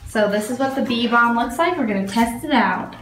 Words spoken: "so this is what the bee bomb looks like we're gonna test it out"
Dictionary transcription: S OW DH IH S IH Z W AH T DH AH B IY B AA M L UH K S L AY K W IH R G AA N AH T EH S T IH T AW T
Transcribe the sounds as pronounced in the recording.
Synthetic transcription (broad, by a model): S OW DH IH S IH Z W AH T DH AH B IY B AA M L UH K S L AY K W IH R G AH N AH T EH S T IH T AW T